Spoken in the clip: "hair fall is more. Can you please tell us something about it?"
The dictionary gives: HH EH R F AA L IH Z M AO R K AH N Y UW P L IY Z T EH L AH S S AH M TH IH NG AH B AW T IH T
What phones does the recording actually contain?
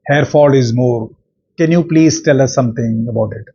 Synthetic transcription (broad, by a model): HH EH R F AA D IH Z M AO R K AH N Y UW P L IY Z T EH L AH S S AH M T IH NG AH B AW T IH T